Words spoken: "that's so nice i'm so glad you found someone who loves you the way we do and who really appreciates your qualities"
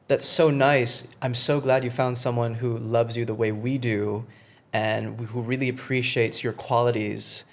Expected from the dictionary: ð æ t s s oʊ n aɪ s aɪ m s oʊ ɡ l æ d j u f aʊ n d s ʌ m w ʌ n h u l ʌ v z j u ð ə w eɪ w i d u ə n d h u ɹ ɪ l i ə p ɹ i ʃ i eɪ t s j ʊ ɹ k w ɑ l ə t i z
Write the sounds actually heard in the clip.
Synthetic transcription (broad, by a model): ð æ t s s oʊ n aɪ s aɪ m s oʊ ɡ l æ d j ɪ f aʊ n d s ʌ m w ʌ n h u l ʌ v z j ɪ ð ə w eɪ w i d u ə n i h u ɹ ɪ l i ə p ɹ i ʃ i eɪ t s j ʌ ɹ k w ɑ l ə t i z